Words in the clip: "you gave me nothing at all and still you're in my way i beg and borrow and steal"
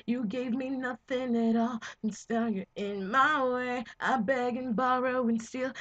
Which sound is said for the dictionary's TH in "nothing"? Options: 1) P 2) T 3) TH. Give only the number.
3